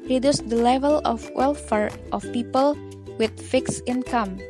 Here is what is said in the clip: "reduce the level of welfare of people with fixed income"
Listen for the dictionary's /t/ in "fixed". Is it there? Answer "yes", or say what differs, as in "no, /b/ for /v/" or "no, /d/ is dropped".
no, /t/ is dropped